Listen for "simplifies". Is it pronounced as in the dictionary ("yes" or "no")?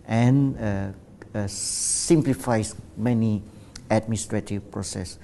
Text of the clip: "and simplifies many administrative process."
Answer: no